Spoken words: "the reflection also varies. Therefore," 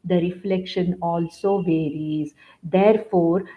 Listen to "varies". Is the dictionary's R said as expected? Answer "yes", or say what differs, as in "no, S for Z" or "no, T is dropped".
yes